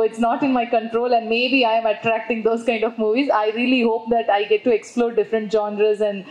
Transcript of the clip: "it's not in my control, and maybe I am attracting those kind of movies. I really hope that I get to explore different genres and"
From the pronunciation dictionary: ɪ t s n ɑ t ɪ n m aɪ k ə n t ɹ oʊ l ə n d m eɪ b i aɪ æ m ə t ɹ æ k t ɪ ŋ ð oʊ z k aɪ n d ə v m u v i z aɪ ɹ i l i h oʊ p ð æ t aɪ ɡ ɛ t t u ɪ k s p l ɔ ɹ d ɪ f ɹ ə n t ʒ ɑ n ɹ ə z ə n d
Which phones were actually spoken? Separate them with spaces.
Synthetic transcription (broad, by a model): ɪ t s n ɑ t ɪ n m aɪ k ə n t ɹ oʊ l ə n d m eɪ b i aɪ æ m ə t ɹ æ k t ɪ ŋ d oʊ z k aɪ n d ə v m u v i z aɪ ɹ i l i h oʊ p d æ t aɪ ɡ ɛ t t u ɪ k s p l ɔ ɹ d ɪ f ɹ ə n t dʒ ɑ n ɹ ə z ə n d